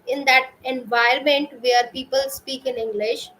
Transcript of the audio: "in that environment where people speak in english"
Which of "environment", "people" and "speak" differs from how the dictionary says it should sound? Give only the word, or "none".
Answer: environment